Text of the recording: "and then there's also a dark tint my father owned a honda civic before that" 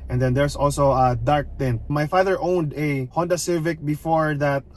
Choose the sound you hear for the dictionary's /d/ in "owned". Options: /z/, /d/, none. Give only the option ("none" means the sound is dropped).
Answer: /d/